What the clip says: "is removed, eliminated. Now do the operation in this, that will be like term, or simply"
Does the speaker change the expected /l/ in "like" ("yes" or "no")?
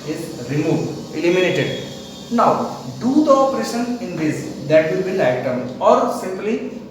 yes